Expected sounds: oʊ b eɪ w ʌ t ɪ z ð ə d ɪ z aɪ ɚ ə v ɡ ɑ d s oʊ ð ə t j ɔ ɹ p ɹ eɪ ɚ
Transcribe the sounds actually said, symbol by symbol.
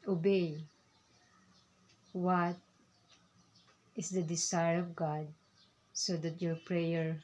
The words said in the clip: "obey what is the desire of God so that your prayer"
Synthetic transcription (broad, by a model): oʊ b eɪ w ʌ t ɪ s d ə d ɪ s aɪ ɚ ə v ɡ ɑ d s oʊ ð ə t j ɔ ɹ p ɹ eɪ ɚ